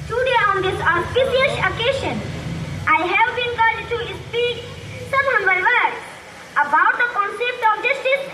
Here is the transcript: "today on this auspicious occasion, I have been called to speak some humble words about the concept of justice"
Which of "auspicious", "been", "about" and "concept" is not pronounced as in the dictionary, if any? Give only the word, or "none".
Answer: auspicious